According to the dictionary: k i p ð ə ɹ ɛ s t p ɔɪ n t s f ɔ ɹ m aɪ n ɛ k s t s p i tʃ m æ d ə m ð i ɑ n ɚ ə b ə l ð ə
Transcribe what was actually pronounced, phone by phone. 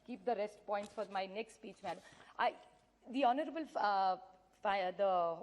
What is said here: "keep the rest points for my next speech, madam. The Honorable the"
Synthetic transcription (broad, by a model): k i p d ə ɹ ɛ s t p ɔɪ n t s f ɔ ɹ m aɪ n ɛ k s t s p i tʃ m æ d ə m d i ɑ n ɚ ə b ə l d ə